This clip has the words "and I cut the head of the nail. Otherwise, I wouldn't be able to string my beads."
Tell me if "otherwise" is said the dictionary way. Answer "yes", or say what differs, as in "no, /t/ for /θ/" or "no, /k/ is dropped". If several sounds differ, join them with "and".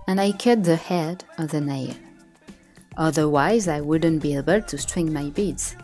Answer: yes